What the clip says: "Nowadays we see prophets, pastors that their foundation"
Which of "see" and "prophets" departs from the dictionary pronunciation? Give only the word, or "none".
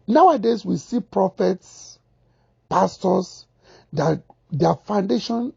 none